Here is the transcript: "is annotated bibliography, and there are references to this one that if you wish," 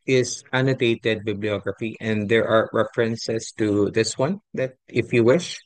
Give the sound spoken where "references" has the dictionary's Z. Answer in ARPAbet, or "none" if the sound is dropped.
S